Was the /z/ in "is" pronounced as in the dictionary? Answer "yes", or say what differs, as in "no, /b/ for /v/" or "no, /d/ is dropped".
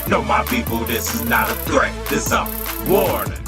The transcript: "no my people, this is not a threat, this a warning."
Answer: yes